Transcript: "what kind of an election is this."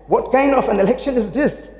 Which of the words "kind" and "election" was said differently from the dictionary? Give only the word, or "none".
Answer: kind